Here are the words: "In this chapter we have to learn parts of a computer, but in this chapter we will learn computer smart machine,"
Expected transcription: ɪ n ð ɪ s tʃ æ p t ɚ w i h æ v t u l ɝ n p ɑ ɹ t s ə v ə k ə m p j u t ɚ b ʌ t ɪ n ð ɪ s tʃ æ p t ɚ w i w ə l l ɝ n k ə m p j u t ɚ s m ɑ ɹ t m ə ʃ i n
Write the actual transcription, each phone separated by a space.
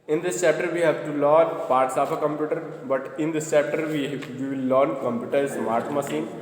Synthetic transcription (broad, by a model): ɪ n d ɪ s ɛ p t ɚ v i h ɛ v t u l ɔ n p ɑ ɹ t s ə p ə k ə m p j u t ɚ b ʌ t ɪ n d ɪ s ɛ p t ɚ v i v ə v l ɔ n k ə m p j u t ɚ s m ɑ ɹ t m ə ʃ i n